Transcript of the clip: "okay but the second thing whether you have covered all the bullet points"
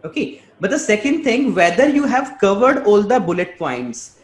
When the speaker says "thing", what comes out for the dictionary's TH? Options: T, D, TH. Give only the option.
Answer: T